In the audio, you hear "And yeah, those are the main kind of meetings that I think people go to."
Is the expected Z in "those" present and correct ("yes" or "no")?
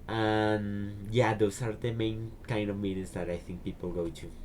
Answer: no